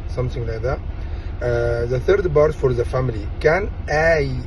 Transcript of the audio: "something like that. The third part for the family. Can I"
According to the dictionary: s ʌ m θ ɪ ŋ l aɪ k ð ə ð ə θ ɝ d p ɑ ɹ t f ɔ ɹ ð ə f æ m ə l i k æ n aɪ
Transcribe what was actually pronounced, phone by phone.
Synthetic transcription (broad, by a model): s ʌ m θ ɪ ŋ l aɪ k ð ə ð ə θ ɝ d b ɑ ɹ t f ɔ ɹ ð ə f æ m ə l i k æ n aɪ